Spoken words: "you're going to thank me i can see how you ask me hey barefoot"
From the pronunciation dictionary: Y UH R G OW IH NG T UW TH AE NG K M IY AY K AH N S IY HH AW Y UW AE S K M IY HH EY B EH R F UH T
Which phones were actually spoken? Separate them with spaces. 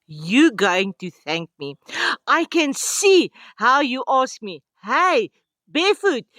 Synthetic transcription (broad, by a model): Y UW G OW IH NG T UW TH AE NG K M IY AY K AH N S IY HH AW Y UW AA S K M IY HH EY B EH F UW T